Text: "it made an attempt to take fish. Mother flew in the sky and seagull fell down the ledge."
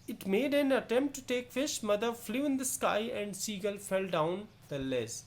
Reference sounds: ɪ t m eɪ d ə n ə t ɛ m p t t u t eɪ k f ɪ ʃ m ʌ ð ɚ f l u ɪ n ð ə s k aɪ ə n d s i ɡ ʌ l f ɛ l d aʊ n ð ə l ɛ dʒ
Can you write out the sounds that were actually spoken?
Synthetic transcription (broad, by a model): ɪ t m eɪ d ə n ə t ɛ m p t t u t eɪ k f ɪ ʃ m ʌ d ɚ f l u ɪ n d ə s k aɪ ə n d s i ɡ ʌ l f ɛ l d aʊ n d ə l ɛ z